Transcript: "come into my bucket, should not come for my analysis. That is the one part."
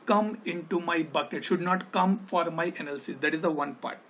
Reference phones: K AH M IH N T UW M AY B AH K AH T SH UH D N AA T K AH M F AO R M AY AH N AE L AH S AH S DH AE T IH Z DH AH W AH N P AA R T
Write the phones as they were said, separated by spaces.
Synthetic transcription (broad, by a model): K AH M IH N T UW M AY B AH K AH T SH UH D N AA T K AH M F AO R M AY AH N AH L S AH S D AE T IH Z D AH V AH N P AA R T